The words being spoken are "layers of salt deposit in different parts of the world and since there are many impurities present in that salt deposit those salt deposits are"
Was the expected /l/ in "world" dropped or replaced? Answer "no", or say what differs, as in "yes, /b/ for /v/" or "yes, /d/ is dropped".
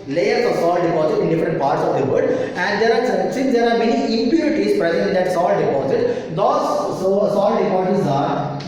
yes, /l/ is dropped